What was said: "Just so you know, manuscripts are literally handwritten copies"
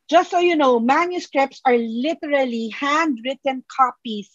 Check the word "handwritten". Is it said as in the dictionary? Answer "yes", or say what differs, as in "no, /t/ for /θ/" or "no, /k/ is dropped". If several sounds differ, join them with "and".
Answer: yes